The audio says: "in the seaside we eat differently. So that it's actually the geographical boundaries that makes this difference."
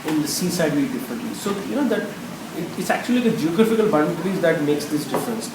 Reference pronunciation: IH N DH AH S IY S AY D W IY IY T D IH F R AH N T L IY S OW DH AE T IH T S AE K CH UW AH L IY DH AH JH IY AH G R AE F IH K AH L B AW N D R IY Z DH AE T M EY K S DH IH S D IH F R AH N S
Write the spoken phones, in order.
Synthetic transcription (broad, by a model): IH N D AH S IY S AY D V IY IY D IH F R AH N T L IY S OW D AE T IH T S AE K CH UW AH L IY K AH JH IY AH G R AE F IH K AH L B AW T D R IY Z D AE T M EY K S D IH S D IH F R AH N S